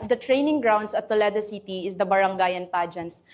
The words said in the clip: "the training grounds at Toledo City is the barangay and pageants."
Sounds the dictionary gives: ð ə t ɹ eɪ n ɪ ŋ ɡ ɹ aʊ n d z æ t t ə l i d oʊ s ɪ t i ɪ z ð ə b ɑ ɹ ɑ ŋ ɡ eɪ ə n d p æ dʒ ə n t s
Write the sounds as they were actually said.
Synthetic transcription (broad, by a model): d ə t ɹ eɪ n ɪ ŋ ɡ ɹ aʊ n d s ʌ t t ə l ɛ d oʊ s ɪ t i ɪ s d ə b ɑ ɹ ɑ ŋ ɡ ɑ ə n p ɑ dʒ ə n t s